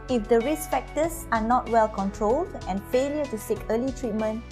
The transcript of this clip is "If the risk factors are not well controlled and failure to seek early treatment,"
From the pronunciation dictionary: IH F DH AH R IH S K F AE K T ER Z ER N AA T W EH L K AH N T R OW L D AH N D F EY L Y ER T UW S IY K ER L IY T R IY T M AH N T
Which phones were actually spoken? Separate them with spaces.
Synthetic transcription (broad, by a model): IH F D AH R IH S F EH K T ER S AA N AA T W EH L K AH N T R OW L D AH N F EY L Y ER T UW S IY K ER L IY T R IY T M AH N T